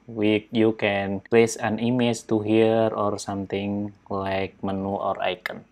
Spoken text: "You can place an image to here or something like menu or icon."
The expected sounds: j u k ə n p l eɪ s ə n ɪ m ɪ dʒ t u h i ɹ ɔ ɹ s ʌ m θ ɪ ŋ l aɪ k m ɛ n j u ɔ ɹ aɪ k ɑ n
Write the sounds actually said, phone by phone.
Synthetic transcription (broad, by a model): j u k ə n p l eɪ s ə n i m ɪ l t u h i ɹ ɔ ɹ s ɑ m t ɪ ŋ l aɪ k m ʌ n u ɔ ɹ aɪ k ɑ n